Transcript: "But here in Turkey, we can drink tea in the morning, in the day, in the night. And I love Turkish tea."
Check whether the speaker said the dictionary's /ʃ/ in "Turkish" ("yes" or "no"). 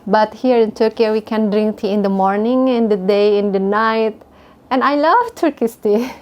no